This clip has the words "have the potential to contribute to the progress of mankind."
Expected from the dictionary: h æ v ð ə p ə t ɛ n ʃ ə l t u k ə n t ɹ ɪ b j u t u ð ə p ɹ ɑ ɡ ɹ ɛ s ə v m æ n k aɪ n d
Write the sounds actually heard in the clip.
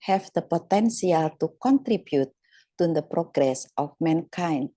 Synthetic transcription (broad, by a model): h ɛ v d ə p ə t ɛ n s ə l t u k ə n t ɹ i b j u t u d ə p ɹ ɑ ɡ ɹ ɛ s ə f m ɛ n k aɪ n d